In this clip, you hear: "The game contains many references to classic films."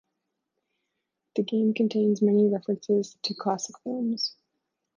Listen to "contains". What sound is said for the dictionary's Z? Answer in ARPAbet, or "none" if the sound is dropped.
Z